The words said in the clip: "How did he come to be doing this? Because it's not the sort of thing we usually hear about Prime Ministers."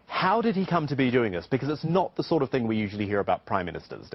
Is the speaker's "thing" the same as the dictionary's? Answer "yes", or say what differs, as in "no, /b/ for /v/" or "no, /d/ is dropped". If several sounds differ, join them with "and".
yes